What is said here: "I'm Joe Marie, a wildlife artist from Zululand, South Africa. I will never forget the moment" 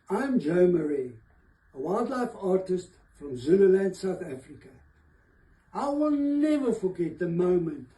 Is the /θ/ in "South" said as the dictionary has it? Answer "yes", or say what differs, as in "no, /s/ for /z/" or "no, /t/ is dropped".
yes